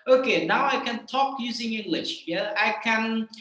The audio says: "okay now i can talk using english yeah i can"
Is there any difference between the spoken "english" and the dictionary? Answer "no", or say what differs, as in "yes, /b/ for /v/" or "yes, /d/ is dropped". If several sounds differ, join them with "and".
no